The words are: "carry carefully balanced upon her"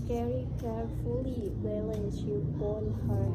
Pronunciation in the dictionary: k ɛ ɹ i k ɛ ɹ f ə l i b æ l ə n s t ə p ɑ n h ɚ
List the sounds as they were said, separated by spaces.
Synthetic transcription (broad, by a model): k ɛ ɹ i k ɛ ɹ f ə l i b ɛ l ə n t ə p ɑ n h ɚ